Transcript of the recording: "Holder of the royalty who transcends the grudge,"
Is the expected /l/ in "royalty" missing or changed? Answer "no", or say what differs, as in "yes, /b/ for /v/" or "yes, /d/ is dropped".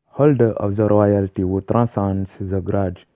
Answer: no